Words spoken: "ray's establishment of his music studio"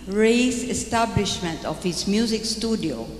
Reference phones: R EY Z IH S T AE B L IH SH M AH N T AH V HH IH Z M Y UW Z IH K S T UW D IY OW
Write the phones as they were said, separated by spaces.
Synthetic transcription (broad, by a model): R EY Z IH S T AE B L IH SH M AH N T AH F HH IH S M Y UW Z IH K S T UW D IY OW